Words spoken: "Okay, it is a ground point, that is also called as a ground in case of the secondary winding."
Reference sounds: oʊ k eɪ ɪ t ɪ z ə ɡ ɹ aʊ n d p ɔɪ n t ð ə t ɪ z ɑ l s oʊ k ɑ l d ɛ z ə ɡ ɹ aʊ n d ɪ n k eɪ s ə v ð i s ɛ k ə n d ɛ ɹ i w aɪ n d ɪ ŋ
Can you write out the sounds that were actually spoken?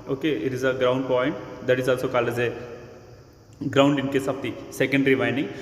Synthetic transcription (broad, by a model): oʊ k eɪ ɪ t ɪ z ə ɡ ɹ aʊ n d p ɔɪ n t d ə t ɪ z ɑ l s oʊ k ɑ l ɛ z ə ɡ ɹ aʊ n d ɪ n k eɪ s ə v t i s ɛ k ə n d ɹ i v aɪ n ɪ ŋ